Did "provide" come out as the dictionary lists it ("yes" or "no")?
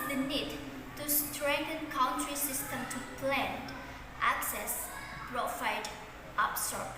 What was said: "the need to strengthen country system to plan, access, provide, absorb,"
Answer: no